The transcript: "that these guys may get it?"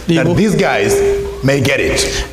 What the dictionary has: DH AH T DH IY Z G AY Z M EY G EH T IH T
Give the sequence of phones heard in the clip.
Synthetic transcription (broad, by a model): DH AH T DH IY Z G AY Z M EY G EH T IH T